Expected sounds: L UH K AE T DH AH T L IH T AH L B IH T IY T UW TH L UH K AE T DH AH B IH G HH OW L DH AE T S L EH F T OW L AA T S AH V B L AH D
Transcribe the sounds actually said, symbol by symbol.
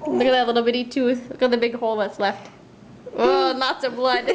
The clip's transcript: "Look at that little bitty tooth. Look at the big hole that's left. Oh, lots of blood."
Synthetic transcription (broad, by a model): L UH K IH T DH AH T L IH T L B IH T IY T UW TH L UH K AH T DH AH B IH G HH OW L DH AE T S L EH F T OW N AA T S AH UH B L AH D